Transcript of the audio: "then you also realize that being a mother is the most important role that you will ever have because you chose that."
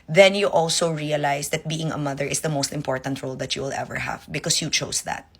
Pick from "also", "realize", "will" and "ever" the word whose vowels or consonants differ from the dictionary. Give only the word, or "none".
realize